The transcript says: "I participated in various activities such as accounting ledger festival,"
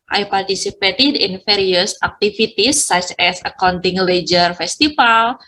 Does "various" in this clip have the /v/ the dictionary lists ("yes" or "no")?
no